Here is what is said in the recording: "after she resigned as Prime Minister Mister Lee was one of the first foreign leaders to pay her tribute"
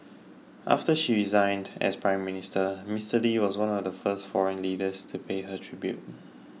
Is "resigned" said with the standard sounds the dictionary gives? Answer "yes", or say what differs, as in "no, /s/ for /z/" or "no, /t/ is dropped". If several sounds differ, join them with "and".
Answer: yes